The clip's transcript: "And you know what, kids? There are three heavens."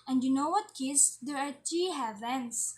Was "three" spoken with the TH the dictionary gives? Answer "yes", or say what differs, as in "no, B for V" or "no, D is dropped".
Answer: no, T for TH